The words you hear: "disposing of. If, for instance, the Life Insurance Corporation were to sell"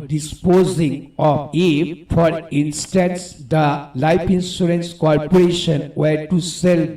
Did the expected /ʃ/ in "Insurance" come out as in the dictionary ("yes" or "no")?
no